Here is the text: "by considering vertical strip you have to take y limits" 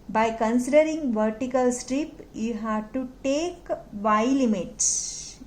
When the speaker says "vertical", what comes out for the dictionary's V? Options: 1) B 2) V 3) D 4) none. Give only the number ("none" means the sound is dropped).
2